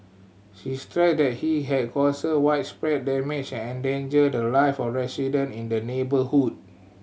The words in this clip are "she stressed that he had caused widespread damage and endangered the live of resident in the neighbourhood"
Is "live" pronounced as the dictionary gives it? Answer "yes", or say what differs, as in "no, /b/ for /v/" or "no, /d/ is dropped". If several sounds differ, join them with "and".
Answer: no, /f/ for /v/